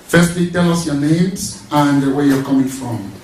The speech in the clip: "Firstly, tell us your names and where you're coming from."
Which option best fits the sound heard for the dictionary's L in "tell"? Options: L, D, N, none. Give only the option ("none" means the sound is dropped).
L